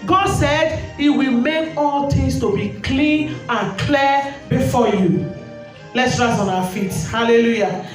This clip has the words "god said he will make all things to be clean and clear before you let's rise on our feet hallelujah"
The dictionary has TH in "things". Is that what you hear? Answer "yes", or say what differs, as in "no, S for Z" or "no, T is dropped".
no, T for TH